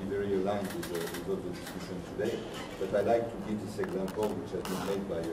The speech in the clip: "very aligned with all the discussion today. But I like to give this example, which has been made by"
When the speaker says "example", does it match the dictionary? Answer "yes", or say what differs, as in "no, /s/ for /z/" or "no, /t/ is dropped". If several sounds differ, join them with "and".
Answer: yes